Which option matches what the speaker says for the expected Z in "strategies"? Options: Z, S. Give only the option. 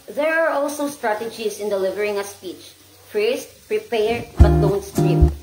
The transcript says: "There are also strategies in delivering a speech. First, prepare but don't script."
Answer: S